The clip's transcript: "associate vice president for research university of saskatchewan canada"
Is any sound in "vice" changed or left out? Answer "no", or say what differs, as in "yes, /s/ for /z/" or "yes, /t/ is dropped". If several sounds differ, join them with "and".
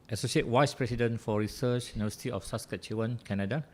yes, /w/ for /v/